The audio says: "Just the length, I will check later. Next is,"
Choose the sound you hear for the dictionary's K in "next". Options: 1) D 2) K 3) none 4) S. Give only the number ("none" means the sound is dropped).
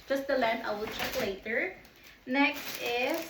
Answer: 2